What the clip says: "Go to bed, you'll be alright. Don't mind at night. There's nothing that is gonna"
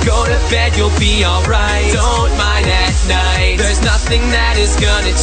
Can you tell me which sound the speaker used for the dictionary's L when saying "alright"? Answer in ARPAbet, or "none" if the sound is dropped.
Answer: L